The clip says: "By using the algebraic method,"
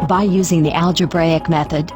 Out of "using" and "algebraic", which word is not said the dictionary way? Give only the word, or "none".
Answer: none